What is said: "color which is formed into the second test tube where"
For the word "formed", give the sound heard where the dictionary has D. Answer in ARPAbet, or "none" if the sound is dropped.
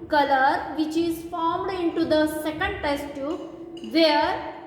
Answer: D